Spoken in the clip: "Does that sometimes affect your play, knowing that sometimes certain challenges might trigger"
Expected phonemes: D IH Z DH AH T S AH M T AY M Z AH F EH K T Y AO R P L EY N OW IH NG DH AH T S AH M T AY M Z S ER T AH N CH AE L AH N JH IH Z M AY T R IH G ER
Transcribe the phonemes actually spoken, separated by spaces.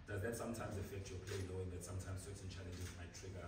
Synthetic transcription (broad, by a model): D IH Z DH AH T S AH M T AY M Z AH F EH K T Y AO P L EY L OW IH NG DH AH T S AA M T AY M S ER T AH N CH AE L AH N JH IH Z M AY T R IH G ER